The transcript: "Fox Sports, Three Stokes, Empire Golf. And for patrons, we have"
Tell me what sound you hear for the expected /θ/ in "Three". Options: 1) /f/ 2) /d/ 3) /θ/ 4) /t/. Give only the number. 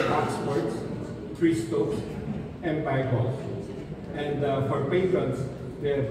4